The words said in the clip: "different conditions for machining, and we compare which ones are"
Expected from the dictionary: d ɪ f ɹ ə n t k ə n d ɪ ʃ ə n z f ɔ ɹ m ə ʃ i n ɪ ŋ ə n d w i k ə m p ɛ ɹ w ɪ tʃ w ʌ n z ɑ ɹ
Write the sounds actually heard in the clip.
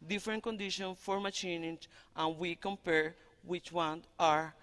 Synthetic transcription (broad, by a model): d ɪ f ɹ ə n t k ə n d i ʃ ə n f ɔ ɹ m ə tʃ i n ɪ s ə n w i k ə m p ɛ ɹ w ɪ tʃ w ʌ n ɑ ɹ